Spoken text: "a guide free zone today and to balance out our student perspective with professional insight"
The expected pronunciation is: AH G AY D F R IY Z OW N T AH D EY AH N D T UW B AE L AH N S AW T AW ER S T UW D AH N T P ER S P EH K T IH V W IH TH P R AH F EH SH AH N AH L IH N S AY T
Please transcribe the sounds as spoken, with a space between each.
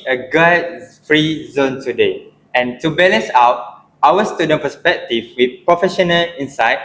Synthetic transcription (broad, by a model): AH G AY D F R IY Z OW N T AH D EY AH N T UW B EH L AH N S AW T AW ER S T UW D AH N P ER S P EH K T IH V W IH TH P R AH F EH SH AH N AH L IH N S AY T